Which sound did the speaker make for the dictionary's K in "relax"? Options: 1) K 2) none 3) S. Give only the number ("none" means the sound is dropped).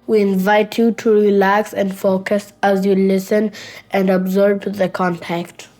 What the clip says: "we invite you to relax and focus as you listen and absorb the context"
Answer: 1